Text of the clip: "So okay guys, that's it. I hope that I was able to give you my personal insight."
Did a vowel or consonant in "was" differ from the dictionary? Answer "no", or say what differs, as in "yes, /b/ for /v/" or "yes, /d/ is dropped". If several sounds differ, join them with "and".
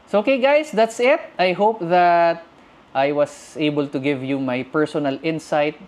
yes, /s/ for /z/